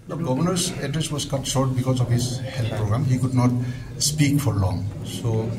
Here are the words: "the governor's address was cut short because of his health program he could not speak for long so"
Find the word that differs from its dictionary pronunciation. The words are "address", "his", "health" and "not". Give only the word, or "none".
health